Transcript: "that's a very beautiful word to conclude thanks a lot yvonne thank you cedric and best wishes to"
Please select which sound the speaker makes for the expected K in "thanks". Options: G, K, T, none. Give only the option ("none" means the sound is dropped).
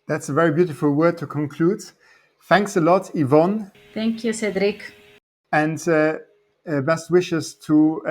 K